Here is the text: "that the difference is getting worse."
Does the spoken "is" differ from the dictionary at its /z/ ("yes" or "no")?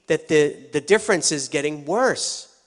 no